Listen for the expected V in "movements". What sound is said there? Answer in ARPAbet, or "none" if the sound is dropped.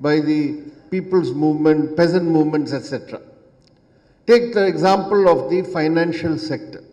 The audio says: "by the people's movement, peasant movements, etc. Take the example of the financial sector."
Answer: V